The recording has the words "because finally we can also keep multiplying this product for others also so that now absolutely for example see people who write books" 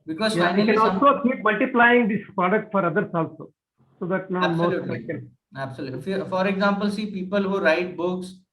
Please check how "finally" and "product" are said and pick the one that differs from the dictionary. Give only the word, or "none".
finally